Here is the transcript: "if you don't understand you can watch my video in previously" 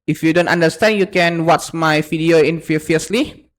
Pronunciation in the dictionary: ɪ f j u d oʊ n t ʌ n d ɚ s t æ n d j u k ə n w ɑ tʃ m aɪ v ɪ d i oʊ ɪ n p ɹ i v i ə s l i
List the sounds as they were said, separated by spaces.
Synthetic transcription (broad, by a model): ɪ f j u d oʊ n t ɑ n d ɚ s t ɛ n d j u k ə n w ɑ s m aɪ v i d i oʊ ɪ n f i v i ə s l i